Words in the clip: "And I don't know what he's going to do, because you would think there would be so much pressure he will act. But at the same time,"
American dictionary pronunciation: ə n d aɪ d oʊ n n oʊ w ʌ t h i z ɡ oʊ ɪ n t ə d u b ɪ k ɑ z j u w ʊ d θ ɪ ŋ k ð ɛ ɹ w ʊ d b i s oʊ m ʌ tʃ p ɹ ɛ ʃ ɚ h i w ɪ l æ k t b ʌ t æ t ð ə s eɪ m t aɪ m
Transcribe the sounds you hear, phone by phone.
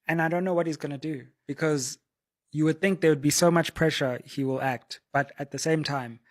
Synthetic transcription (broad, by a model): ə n aɪ d oʊ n n oʊ w ʌ t h i z ɡ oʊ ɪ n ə d u b ɪ k ɑ z j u w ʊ d θ ɪ ŋ k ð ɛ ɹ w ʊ d b i s oʊ m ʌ tʃ p ɹ ɛ ʃ ɚ h i w ɪ l æ k t b ʌ t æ t ð ə s eɪ m t aɪ m